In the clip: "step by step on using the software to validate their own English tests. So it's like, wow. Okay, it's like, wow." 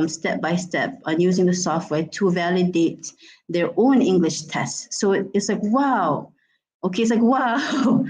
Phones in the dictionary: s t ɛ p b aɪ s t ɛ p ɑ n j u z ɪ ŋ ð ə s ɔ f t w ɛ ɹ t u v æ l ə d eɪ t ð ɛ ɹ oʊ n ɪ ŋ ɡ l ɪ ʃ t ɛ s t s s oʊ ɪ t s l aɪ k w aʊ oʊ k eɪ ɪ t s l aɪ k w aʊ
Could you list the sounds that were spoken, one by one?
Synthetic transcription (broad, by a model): s t ɛ p b aɪ s t ɛ p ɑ n j u z ɪ ŋ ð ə s ɔ f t w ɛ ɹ t u v æ l ə d eɪ t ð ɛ ɹ oʊ n ɪ ŋ ɡ l ɪ ʃ t ɛ s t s s oʊ ɪ t s l aɪ k w aʊ oʊ k eɪ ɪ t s l aɪ k w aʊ